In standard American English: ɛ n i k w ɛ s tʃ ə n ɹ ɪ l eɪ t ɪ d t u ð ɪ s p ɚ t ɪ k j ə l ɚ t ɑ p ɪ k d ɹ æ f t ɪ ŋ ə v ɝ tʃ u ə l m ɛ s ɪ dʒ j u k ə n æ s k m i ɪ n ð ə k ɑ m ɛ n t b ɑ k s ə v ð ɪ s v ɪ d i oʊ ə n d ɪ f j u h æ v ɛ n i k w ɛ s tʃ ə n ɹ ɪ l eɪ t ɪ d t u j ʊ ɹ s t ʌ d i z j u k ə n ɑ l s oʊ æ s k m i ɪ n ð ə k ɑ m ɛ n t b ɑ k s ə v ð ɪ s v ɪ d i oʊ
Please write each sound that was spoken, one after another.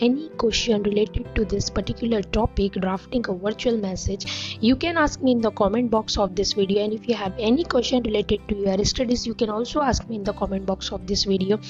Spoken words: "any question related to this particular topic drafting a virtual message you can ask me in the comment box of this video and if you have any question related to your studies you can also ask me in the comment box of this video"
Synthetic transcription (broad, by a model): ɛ n i k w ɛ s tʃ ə n ɹ ɪ l eɪ t ɪ d t u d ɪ s p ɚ t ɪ k j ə l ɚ t ɑ p ɪ k d ɹ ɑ f t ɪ ŋ ə v ɝ tʃ u ə l m ɛ s ɪ dʒ j u k ə n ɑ s k m i ɪ n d ə k ɑ m ɛ n t b ɑ k s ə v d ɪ s v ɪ d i oʊ ə n d ɪ f j u h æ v ɛ n i k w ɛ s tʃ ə n ɹ ɪ l eɪ t ɪ d t u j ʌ ɹ s t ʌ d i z j u k ə n ɑ l s oʊ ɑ s k m i ɪ n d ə k ɑ m ɛ n t b ɑ k s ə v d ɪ s v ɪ d i oʊ